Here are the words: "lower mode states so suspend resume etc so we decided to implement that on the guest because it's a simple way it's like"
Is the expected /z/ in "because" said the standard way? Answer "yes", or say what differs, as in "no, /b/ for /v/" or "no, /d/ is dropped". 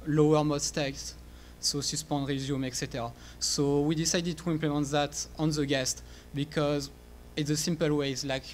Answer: yes